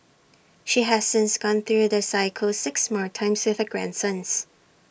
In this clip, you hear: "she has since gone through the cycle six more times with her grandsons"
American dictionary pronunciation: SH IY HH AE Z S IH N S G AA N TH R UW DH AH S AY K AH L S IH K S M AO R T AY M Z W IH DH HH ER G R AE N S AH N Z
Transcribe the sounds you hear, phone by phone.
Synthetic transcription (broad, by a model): SH IY HH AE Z S IH N S G AA N TH R UW DH AH S AY K AH L S IH K S M AO R T AY M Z W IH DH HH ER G R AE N S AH N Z